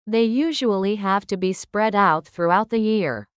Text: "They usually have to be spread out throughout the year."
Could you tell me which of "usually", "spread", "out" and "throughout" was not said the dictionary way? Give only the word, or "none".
none